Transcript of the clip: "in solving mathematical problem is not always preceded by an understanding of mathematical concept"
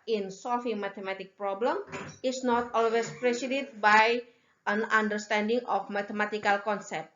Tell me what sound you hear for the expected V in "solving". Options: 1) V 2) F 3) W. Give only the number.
2